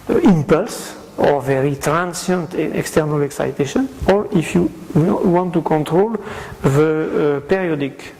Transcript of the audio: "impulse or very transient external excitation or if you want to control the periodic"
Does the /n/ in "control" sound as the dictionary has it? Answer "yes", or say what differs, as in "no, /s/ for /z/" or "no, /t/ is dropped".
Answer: yes